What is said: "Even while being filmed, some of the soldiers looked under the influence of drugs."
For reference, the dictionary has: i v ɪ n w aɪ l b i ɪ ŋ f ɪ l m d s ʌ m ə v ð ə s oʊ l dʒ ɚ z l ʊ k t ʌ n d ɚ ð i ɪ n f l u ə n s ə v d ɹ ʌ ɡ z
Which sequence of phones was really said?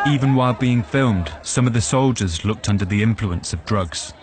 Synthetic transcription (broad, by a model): i v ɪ n w aɪ l b i ɪ ŋ f ɪ l m d s ʌ m ə v ð ə s oʊ l dʒ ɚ z l ʊ k t ʌ n d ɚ ð i ɪ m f l u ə n s ə v d ɹ ʌ ɡ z